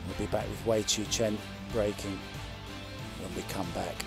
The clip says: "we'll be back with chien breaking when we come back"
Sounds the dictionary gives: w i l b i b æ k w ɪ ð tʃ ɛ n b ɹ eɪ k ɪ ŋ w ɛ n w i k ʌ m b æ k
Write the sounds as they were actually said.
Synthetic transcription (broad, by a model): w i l b i b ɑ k w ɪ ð tʃ ɛ n b ɹ eɪ k ɪ ŋ w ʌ n w i k ʌ m b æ k